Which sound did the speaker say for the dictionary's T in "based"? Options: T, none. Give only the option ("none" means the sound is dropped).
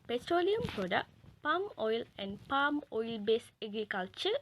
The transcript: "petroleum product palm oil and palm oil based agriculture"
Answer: none